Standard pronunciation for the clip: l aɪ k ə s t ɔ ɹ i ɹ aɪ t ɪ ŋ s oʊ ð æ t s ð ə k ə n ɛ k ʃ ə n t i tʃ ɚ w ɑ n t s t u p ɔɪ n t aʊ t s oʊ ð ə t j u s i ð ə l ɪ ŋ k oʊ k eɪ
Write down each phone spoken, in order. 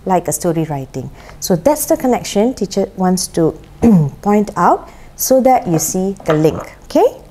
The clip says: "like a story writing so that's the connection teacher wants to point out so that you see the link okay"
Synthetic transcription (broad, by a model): l aɪ k ə s t ɔ ɹ i ɹ aɪ t ɪ ŋ s oʊ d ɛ t s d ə k ə n ɛ k ʃ ə n t i tʃ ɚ w ɑ n t s t u p ɔɪ n t aʊ t s oʊ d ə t j u s i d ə l ɪ ŋ k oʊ k eɪ